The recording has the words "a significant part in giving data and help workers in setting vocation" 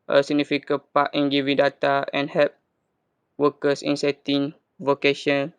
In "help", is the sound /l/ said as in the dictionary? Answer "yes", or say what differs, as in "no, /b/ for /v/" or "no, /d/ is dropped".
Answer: no, /l/ is dropped